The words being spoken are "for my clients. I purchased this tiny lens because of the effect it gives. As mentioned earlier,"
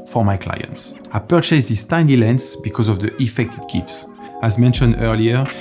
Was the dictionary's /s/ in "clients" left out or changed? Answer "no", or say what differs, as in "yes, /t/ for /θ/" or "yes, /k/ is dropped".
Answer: no